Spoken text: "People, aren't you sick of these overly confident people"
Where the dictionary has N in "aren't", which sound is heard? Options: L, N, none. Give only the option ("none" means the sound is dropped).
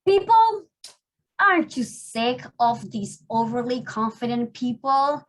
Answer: none